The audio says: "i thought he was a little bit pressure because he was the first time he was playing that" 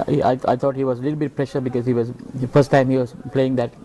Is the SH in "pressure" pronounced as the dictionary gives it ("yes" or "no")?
yes